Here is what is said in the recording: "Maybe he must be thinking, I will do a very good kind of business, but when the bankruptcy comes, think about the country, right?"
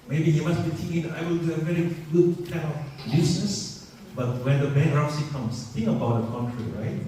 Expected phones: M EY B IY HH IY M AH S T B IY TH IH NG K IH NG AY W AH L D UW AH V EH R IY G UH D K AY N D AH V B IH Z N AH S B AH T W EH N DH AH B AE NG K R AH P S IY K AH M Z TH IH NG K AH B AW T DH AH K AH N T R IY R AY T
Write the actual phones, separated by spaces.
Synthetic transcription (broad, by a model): M EY B IY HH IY M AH S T B IY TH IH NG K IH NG AY W AH L D UW AH V EH R IY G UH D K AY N AH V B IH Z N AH S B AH T W EH N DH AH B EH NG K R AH S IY K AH M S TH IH NG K AH B AW T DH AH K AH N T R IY R AY T